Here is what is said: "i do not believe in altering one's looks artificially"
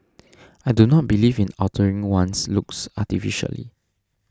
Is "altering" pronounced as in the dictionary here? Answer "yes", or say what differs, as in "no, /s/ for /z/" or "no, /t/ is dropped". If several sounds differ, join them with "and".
no, /l/ is dropped